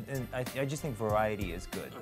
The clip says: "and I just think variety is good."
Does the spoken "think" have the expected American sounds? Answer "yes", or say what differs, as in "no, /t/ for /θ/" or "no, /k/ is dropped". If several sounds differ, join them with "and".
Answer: yes